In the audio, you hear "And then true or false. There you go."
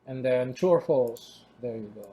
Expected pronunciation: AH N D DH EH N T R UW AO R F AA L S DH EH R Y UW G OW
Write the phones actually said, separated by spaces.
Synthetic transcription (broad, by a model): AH N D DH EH N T UW AO R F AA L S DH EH R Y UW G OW